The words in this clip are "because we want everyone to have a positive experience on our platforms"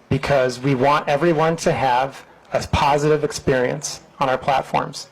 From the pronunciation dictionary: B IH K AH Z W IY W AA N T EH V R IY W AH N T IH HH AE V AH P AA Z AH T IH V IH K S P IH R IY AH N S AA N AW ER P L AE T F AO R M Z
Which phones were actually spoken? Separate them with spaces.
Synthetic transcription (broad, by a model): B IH K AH Z W IY W AA N T EH V R IY W AH N T IH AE V AH P AA Z AH T IH V IH K S P IH R IY AH N S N AW ER P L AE T F AO R M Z